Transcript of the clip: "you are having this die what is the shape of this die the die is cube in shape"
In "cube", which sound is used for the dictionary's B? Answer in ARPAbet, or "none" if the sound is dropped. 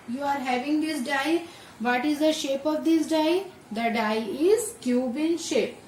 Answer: B